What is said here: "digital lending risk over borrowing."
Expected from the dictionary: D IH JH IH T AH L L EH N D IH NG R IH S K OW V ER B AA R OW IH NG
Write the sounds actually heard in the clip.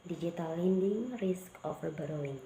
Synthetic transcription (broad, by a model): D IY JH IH T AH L L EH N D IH NG R IH S K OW F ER B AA R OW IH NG